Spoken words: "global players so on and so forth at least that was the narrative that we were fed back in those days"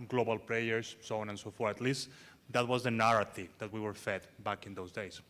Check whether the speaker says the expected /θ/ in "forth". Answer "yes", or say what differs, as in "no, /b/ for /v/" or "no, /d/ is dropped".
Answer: no, /t/ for /θ/